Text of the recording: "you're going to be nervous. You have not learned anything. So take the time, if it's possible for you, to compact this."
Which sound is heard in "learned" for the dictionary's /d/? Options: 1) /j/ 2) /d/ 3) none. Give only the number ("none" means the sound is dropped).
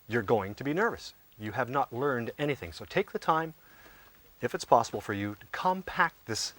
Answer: 2